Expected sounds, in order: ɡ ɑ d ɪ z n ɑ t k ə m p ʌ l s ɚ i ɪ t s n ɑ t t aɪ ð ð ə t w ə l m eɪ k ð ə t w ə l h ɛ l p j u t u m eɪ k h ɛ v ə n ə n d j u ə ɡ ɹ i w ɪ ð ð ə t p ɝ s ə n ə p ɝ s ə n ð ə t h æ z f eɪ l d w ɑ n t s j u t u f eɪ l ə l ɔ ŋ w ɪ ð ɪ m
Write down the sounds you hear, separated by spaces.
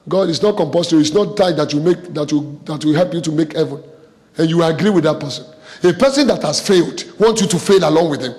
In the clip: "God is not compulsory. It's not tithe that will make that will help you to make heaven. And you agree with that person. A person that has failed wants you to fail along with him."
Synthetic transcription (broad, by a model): ɡ ɑ d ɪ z n ɑ t k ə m p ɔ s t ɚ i ɪ t s n ɑ t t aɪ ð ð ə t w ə m eɪ k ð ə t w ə w h ɛ l p j u t u m eɪ k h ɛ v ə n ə n j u ə ɡ ɹ i w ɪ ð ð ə t p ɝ s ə n ə p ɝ s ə n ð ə t h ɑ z f eɪ l d w ɑ n t s j u t u f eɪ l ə l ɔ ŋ w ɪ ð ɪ m